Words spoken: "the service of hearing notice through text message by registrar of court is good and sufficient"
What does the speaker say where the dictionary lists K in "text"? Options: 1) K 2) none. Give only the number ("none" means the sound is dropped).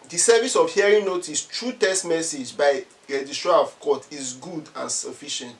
2